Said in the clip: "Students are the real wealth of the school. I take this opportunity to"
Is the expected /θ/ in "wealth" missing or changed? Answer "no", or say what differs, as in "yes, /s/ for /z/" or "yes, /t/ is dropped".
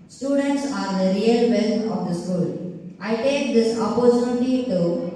yes, /t/ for /θ/